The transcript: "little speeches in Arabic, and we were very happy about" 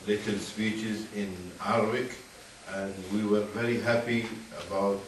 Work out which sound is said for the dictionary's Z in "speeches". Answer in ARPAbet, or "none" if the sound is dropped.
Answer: Z